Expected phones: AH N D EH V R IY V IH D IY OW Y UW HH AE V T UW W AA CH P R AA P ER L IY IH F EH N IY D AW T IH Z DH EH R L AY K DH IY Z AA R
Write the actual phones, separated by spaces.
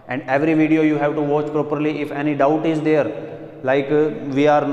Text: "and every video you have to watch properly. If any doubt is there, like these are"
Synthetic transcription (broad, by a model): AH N D EH V R IY V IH D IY OW Y UW HH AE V T UW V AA CH P R AA P ER L IY IH F EH N IY D AW T IH Z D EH R L AY K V IY AA R